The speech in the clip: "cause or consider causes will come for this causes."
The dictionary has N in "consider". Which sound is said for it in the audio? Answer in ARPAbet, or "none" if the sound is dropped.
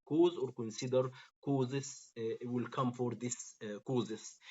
N